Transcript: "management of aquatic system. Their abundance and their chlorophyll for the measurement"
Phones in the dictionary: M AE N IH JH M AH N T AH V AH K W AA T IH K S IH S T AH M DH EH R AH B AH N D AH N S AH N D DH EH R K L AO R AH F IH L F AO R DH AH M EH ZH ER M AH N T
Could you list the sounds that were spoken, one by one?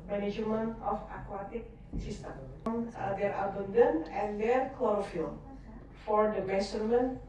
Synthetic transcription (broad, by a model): M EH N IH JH M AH N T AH F AH K W AA T IH K S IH S T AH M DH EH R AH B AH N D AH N AH N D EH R K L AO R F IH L F AO R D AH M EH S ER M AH N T